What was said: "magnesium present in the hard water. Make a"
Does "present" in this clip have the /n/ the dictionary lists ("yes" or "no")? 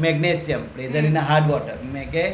no